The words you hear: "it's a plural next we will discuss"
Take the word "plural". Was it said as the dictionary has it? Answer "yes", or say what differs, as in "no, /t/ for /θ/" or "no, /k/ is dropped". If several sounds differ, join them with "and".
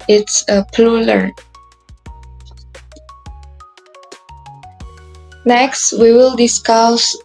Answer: no, /l/ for /ɹ/